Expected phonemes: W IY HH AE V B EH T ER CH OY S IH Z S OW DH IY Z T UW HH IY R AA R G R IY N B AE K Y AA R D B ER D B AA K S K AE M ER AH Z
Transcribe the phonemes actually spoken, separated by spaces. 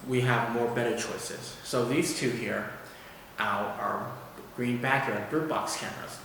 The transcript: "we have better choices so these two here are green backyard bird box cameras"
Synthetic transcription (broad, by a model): W IY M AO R B EH T ER CH OY S IH Z S OW DH IY Z T UW HH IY R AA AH G R IY N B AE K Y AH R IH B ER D B AA K S K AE M ER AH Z